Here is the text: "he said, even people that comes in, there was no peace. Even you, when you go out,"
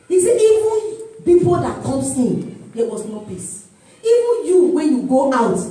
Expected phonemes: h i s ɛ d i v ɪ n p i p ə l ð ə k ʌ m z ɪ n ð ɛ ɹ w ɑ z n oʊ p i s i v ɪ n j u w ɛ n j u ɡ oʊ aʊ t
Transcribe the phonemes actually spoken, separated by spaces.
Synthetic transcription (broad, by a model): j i s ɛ i v ɪ n b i f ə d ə k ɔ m s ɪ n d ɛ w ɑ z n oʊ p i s i v ɪ n j u w ɛ n j u ɡ oʊ aʊ t